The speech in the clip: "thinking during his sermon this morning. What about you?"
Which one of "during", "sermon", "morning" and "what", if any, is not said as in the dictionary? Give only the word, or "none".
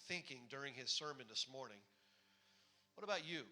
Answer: none